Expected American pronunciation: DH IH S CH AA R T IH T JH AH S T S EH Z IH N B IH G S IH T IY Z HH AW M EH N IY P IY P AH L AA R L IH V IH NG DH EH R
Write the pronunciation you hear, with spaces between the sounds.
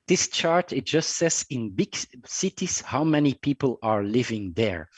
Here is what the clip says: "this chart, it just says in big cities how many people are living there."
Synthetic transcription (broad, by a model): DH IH S CH AA R T IH T JH AH S T S EH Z IH N B IH G S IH T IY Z HH AW M EH N IY P IY P AH L AA R L IH V IH NG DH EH R